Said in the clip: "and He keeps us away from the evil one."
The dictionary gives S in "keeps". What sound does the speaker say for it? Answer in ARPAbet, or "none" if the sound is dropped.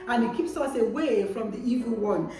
S